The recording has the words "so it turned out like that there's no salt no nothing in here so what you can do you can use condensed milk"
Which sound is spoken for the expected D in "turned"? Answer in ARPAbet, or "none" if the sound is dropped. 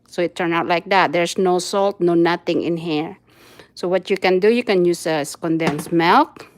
none